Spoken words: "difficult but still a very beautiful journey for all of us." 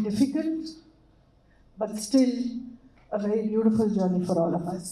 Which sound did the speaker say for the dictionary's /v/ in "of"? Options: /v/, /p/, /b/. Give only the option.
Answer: /p/